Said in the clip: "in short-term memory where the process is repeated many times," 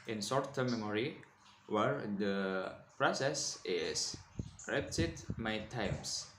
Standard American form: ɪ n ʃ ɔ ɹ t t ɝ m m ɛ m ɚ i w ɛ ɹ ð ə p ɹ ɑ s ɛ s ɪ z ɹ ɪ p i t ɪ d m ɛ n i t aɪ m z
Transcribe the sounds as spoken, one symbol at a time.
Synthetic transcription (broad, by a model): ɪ n s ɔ ɹ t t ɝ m m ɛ m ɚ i w ɛ ɹ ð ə p ɹ ɑ s ɛ s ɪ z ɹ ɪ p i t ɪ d m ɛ i t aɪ m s